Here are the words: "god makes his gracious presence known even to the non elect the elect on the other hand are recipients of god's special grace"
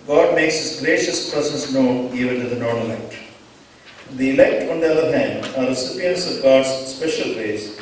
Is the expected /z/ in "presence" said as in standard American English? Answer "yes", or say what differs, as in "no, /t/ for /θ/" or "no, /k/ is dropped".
no, /s/ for /z/